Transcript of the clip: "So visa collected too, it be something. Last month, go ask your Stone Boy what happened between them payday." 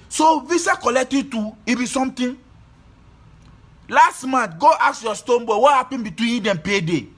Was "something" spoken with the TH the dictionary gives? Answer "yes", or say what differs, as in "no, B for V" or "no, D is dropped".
no, T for TH